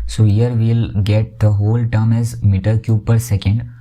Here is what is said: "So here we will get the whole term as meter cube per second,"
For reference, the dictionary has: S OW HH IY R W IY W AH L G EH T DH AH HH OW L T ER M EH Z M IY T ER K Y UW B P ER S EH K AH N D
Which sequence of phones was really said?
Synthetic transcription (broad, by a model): S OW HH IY R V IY L G EH T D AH HH OW L T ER M EH Z M IY T ER K Y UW P ER S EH K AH N D